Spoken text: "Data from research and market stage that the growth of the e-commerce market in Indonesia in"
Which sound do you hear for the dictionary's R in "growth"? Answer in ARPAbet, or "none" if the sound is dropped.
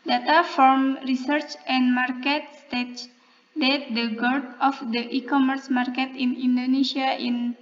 none